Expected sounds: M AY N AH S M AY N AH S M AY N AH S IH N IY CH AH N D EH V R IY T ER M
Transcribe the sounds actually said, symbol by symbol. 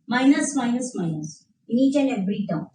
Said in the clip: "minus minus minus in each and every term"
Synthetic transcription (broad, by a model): M AY N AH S M AY N AH S M AY N AH S IH N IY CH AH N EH B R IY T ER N